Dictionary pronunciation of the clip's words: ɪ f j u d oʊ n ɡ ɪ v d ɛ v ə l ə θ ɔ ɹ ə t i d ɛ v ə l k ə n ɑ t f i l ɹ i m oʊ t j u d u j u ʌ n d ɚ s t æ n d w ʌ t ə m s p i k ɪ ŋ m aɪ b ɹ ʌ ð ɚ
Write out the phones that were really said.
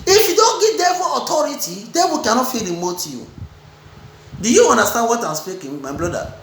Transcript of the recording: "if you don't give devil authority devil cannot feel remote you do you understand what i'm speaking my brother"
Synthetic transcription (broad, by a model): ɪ f j u d oʊ n ɡ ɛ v d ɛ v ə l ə t ɔ ɹ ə t i d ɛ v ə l k ə n ɑ t f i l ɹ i m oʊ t j u d u j u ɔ n d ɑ s t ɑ n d w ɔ t ə m s p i k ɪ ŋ m aɪ b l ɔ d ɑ